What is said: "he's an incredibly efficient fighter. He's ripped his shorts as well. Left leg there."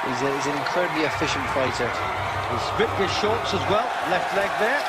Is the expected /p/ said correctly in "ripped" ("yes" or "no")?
no